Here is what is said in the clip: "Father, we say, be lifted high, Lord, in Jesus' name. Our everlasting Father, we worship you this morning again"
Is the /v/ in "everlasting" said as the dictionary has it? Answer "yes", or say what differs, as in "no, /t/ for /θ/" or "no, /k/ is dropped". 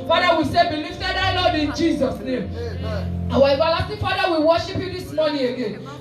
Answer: no, /b/ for /v/